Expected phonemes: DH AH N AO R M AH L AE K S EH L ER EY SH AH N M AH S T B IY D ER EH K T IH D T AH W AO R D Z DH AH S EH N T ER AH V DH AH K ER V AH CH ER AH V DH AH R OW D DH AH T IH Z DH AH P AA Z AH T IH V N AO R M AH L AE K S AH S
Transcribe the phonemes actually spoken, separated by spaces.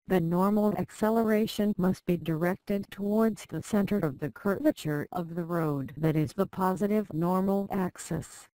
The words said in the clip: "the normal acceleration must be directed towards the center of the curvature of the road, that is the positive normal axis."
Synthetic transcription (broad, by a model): DH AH N AO R M L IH K S EH L ER EY SH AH N M AH S T B IY D ER EH K T IH D T AH W AO R D Z DH AH S EH N T ER AH V DH AH K ER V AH CH ER AH V DH AH R OW D DH AH T IH Z DH AH P AA Z AH T IH V N AO R M L AE K S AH S